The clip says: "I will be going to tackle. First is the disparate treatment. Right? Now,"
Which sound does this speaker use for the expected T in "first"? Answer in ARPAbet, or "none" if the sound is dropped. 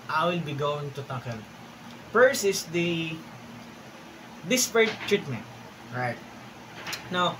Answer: none